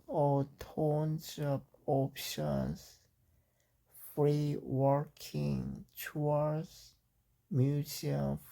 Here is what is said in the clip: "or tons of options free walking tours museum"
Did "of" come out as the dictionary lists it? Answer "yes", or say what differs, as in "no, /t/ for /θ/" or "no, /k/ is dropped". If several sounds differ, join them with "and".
no, /p/ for /v/